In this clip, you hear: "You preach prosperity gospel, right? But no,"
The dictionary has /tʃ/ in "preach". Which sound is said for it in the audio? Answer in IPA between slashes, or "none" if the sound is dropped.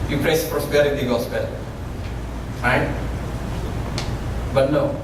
/s/